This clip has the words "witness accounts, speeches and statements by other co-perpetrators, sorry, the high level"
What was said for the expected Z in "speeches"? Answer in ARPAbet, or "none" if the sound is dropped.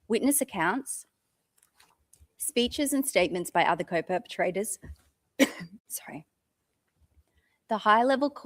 Z